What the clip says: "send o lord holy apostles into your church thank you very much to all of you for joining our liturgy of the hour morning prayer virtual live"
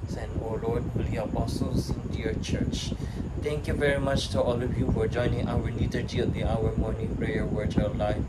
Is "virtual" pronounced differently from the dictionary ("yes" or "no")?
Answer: yes